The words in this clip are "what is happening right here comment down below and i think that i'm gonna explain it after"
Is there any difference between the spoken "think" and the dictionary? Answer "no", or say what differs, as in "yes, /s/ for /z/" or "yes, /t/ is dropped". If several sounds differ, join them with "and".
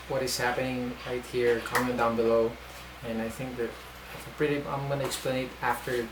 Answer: no